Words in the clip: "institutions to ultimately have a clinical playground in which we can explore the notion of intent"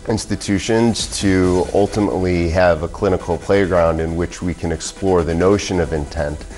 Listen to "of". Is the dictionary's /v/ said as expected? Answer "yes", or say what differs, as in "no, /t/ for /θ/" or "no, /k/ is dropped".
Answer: yes